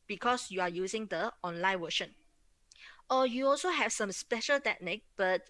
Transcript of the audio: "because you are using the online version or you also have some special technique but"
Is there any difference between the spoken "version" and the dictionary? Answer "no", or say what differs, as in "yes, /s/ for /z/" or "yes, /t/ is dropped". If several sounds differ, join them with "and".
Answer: yes, /w/ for /v/ and /ʃ/ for /ʒ/